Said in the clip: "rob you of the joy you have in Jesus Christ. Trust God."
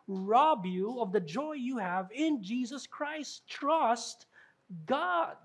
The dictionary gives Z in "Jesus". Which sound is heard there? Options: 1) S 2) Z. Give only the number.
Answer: 2